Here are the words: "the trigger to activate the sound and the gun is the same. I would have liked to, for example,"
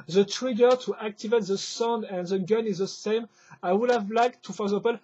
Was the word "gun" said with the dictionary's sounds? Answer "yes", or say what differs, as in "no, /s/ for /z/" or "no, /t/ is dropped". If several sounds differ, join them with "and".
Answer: yes